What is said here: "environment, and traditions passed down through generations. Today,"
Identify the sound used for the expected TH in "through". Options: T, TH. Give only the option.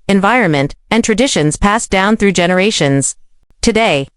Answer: TH